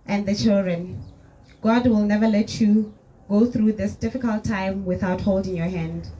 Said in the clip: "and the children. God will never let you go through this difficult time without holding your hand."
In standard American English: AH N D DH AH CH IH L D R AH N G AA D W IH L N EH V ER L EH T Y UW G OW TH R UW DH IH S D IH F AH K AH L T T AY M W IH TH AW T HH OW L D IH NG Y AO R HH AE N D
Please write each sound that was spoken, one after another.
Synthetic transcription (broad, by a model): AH N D DH AH CH IH L D R AH N G AA D W IH L N EH V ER L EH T Y UW G OW TH R UW DH IH S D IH F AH K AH L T T AY M W IH TH AW T HH OW L D IH NG Y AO HH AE N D